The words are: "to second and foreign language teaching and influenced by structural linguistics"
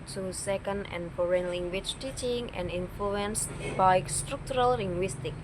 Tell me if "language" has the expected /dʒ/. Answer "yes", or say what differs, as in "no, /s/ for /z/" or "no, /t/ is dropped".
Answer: no, /tʃ/ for /dʒ/